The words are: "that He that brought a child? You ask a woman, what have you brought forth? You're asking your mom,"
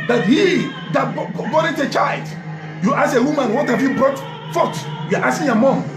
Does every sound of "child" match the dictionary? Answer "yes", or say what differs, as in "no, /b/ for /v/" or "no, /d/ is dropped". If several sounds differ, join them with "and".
yes